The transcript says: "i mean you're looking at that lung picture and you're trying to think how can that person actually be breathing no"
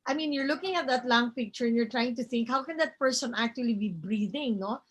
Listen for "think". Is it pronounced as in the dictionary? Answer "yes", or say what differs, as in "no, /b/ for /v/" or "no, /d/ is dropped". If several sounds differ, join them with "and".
yes